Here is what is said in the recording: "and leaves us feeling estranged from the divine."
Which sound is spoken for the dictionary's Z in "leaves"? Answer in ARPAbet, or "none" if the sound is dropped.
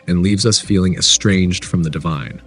Z